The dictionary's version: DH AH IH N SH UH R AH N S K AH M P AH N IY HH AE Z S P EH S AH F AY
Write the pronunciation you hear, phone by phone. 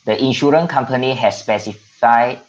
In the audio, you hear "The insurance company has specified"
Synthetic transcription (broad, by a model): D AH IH N SH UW R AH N K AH M P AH N IY HH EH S S P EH S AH F AY